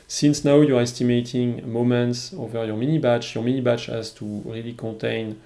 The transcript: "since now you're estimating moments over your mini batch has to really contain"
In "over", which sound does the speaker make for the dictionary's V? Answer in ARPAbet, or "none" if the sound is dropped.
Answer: V